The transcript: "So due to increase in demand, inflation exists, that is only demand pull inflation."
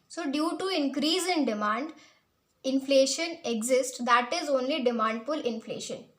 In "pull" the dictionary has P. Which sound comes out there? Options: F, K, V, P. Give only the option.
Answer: F